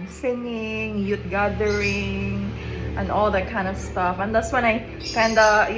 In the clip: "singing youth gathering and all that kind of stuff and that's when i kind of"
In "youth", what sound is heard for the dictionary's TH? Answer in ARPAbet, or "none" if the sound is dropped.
T